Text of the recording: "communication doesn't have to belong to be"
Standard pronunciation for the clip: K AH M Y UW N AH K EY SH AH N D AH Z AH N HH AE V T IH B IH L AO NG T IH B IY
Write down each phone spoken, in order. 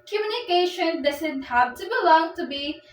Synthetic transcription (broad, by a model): K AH M Y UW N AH K EY SH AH N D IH S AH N HH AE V T IH B IH L AO NG T IH B IY